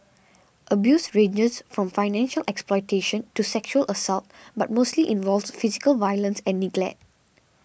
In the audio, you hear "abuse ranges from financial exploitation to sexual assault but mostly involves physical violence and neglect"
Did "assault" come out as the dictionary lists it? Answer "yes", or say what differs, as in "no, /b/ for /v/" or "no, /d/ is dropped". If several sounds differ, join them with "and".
yes